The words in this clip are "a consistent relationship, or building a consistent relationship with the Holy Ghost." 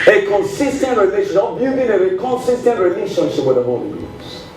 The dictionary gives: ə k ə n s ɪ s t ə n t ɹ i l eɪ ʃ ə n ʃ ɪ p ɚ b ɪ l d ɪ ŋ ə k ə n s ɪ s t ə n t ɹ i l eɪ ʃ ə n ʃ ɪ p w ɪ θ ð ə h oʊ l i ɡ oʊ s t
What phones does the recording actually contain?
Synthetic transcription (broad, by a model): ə k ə n s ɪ s t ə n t ɹ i l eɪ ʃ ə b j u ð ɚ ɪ d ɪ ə k ə n s ɪ s t ə n t ɹ i l eɪ ʃ ə n ʃ ɪ p w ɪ ð ə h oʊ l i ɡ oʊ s